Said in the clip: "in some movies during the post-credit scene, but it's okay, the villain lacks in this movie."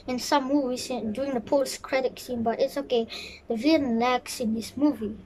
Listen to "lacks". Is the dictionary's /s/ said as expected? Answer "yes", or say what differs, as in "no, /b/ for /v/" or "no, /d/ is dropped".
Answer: yes